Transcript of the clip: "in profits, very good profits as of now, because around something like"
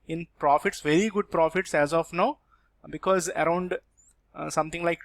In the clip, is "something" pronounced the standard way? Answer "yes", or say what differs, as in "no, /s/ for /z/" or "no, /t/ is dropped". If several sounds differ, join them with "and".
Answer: no, /t/ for /θ/